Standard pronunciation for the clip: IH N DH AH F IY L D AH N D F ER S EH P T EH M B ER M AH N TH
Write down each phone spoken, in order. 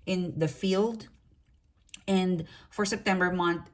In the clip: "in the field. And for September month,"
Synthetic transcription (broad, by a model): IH N DH AH F IY L D AH N D F ER S EH P T EH M B ER M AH N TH